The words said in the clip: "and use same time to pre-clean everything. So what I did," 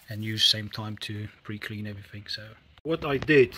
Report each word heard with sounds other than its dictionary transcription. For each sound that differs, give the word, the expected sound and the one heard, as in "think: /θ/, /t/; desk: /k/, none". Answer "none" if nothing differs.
none